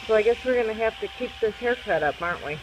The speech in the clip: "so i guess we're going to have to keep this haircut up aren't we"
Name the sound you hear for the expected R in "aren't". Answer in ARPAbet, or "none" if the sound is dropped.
R